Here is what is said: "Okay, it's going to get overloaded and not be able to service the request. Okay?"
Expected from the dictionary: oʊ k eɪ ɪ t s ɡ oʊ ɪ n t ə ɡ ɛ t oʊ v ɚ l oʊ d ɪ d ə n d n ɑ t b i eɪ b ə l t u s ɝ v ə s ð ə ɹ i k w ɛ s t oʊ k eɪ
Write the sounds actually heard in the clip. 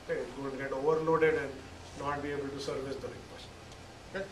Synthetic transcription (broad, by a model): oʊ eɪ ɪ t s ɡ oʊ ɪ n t ɡ ɛ t oʊ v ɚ l oʊ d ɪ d ə n d n ɑ t b i eɪ b ə l t u s ɝ v ə s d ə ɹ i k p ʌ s oʊ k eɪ